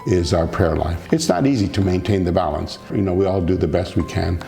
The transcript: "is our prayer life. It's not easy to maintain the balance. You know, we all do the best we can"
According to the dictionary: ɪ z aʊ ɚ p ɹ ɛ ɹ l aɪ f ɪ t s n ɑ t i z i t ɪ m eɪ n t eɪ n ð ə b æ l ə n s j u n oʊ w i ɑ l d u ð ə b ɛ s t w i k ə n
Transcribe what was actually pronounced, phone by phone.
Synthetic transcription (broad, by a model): ɪ z aʊ ɚ p ɹ ɛ ɹ l aɪ f ɪ t s n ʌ t i z i t ɪ m eɪ n t eɪ n ð ə b æ l ə n s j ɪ n oʊ w i ɑ l d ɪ ð ə b ɛ s t w i k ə n